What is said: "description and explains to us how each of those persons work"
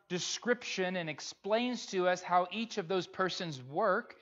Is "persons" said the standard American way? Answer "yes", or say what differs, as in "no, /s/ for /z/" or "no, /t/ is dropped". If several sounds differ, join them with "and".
yes